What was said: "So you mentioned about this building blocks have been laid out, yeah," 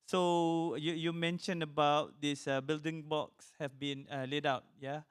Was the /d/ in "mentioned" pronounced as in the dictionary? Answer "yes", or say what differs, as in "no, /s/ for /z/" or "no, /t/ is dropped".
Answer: no, /d/ is dropped